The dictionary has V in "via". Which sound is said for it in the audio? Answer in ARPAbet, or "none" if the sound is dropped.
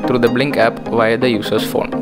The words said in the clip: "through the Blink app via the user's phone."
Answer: V